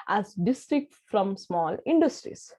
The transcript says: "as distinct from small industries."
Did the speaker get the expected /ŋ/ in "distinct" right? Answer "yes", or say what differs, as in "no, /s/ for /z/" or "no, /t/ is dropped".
no, /ŋ/ is dropped